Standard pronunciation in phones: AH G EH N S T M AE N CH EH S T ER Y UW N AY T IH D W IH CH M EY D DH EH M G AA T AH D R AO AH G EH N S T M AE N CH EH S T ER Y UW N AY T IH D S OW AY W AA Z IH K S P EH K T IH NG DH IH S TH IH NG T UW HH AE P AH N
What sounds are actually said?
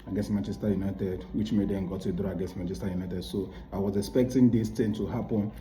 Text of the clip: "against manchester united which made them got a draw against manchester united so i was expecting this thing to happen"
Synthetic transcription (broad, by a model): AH G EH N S M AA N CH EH S T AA Y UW N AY T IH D W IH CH M EY D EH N G AA T AH D R AO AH G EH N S M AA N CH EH S T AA Y UW N AY T IH D S OW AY W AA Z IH K S P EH K T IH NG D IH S T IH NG T UW HH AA P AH N